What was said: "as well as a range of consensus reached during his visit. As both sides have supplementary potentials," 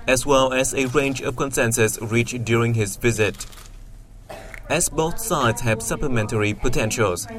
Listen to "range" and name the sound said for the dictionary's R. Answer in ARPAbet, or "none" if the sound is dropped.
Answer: R